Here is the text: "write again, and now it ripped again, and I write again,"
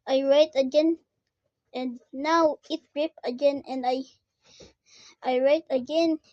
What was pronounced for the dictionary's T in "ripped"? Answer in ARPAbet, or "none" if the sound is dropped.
none